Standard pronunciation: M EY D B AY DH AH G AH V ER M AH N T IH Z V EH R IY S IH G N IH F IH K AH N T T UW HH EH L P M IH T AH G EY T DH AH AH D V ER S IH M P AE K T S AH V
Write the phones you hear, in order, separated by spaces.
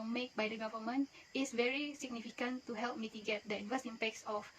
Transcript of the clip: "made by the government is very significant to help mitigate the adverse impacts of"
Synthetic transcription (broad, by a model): M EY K B AY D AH G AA V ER M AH N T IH S V EH R IY S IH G N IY F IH K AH N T T UW HH EH L P M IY T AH G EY T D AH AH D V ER S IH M P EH K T S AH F